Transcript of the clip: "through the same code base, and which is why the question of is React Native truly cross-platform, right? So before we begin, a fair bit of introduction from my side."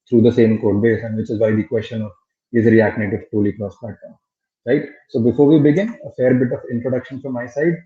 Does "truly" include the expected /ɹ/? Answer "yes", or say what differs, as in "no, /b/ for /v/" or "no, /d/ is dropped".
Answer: no, /ɹ/ is dropped